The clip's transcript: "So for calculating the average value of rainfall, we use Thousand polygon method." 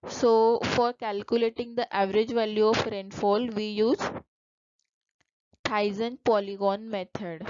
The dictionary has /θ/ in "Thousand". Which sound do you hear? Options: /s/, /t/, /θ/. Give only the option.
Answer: /t/